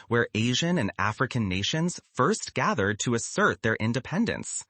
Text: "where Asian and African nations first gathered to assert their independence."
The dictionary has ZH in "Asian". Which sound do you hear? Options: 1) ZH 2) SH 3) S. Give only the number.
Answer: 1